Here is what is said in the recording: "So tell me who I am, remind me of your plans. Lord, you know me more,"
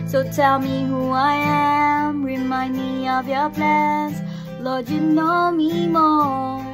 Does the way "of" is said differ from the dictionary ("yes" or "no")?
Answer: no